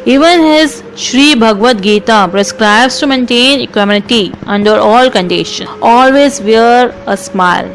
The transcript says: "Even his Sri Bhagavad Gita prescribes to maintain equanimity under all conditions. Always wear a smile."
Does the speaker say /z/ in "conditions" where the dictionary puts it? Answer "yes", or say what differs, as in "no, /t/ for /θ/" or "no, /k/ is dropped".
no, /z/ is dropped